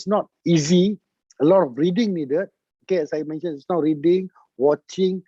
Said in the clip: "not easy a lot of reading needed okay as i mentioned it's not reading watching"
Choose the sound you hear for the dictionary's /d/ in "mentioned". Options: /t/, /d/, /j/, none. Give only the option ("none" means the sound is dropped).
none